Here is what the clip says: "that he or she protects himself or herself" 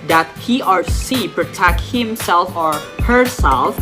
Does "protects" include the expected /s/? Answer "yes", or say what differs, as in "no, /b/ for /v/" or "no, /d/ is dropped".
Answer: no, /s/ is dropped